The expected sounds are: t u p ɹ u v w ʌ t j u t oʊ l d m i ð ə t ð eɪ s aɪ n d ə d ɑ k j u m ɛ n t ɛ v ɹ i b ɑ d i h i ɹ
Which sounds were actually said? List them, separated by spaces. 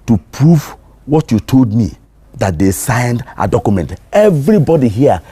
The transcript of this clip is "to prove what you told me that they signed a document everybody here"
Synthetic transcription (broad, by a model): t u p ɹ u v w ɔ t j u t oʊ l d m i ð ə t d eɪ s aɪ n d ə d ɑ k j u m ɛ n t ɛ v ɹ i b ɑ d i h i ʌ